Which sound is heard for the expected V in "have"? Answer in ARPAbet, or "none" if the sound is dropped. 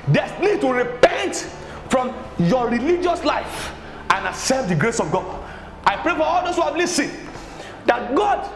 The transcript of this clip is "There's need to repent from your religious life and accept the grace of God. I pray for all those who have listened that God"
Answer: P